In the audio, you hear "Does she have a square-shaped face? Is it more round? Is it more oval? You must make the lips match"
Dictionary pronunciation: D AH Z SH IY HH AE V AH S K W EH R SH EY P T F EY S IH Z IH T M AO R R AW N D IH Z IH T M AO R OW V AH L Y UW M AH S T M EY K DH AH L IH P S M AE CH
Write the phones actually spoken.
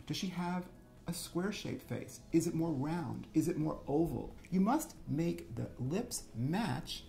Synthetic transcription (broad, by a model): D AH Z SH IY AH V AH S K W EH R SH EY P F EY S IH Z IH T M AO R R AW N D IH Z IH T M AO R OW V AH L Y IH M AH S T M EY K DH AH L IH P S M AE CH